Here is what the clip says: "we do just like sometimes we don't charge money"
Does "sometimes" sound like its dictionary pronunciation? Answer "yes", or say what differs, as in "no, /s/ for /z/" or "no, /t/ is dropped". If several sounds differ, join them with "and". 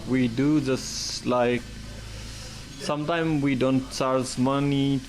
no, /z/ is dropped